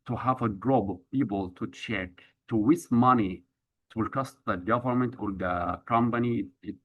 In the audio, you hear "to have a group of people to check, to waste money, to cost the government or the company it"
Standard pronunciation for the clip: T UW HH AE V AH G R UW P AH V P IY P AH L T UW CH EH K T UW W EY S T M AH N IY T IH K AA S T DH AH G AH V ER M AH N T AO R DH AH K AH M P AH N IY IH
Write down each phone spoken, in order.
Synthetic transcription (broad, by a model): T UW HH AE V AH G R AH B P IY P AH L T UW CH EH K T UW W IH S M AH N IY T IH K AA S T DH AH G AH V ER M AH N T AO R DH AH K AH M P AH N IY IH